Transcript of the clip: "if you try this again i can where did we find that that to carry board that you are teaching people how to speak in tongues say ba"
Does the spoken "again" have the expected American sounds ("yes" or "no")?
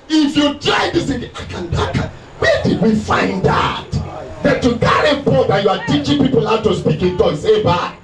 no